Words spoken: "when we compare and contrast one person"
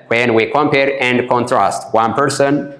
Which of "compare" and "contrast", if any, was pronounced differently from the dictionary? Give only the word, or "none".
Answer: none